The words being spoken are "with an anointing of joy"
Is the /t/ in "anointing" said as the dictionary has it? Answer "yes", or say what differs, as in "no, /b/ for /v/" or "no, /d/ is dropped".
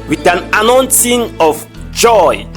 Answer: no, /s/ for /t/